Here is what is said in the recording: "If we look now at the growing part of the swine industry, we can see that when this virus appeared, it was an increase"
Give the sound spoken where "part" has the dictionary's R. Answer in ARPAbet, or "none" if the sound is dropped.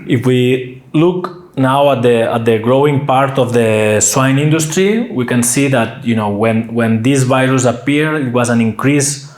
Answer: R